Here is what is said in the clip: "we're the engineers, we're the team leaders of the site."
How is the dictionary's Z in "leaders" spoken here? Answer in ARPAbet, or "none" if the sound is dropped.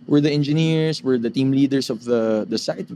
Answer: S